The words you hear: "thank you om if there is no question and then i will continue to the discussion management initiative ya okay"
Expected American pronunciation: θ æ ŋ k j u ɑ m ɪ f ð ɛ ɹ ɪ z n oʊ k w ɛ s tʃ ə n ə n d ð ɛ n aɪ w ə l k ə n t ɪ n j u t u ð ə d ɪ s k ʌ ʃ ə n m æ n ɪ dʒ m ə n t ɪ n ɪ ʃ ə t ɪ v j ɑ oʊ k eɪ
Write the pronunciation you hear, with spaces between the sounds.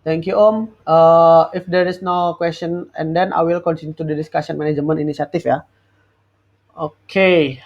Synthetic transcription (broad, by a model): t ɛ ŋ k j u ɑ m ɪ f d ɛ ɹ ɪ s n oʊ k w ɛ s tʃ ə n ə n d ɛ n aɪ w ə l k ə n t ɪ n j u t u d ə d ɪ s k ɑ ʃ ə n m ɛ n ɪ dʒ m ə n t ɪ n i s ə t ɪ f j ɑ oʊ k eɪ